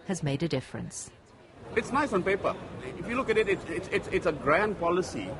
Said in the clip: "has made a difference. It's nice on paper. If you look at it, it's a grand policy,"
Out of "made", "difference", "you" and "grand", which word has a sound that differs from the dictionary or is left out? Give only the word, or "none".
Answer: none